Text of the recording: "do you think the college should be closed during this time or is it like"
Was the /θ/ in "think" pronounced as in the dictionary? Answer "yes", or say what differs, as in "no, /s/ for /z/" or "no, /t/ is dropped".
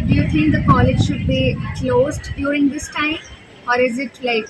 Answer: no, /t/ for /θ/